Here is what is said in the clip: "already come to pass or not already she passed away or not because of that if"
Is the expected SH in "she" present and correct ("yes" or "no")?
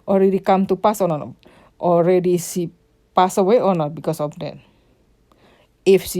no